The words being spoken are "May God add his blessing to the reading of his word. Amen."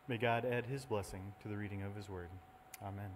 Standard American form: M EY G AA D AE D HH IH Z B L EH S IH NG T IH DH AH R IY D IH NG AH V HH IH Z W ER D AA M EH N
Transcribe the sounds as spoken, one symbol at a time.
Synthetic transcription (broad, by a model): M EY G AA D AE D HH IH Z B L EH S IH NG T IH DH AH R IY D IH NG AH V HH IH Z W ER D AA M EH N